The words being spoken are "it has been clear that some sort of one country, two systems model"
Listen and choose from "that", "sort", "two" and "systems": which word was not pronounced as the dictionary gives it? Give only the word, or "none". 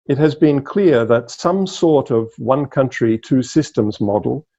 none